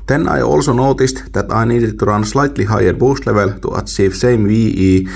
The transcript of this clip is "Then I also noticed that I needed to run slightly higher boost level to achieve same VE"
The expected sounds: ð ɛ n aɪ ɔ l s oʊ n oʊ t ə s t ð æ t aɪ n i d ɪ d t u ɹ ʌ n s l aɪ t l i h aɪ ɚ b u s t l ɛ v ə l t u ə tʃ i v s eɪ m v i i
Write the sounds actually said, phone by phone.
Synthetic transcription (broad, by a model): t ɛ n aɪ ɔ l s oʊ n oʊ t ə s t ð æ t aɪ n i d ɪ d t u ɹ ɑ n s l aɪ t l i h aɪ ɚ b u s t l ɛ v ə l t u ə s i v s eɪ m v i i